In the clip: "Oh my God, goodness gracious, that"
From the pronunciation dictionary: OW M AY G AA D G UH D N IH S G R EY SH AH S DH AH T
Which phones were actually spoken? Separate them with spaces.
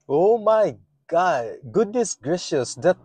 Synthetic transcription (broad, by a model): OW M AY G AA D G UH D N IH S G R EY SH AH S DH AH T